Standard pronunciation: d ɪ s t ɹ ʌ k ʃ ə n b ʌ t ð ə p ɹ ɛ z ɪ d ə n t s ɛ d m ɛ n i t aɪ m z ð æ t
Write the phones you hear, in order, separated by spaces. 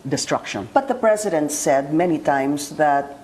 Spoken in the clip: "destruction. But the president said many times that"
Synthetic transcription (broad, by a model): d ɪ s t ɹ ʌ k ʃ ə n b ʌ t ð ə p ɹ ɛ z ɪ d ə n t s ɛ d m ɛ n i t aɪ m s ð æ t